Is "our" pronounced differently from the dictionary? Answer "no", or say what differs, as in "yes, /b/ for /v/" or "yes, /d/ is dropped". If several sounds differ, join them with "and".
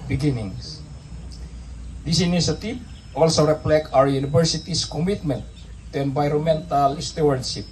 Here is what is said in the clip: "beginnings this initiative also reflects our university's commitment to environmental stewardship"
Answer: yes, /w/ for /ɹ/